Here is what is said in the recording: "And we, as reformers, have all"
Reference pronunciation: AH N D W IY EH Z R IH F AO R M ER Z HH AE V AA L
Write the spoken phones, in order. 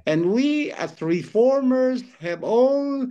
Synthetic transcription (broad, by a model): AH N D W IY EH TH R IH F AO R M ER Z HH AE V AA L